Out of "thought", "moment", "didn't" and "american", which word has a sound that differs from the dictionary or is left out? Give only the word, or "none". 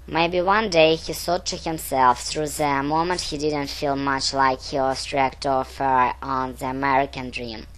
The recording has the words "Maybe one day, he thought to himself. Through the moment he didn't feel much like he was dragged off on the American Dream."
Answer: thought